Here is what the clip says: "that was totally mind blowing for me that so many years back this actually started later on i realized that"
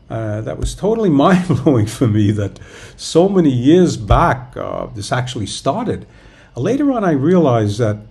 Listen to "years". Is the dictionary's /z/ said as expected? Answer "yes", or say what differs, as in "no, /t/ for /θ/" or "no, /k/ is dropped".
yes